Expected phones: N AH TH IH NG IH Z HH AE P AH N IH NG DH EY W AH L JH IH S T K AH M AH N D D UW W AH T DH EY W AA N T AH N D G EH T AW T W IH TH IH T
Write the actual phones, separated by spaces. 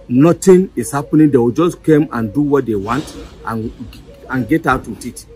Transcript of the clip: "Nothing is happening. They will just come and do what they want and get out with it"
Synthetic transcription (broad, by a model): N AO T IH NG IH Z HH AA P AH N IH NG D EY W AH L JH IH S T K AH M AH N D D UW W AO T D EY W AA N T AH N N G EH T AW T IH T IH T